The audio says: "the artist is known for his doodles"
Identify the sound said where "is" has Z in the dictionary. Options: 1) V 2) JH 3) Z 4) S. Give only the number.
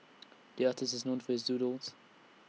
3